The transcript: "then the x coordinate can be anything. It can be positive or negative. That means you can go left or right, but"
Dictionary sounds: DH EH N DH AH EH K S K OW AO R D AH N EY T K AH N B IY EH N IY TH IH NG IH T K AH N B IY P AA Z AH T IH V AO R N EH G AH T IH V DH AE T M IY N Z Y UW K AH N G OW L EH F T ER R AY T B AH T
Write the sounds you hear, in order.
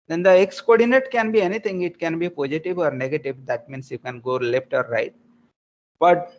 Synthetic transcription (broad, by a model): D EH N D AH EH K S K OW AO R D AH N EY T K AH N B IY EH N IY T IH NG IH T K AH N B IY P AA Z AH T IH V AO R N EH G AH T IH V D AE T M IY N S Y UW K AH N G OW L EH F T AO R AY T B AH T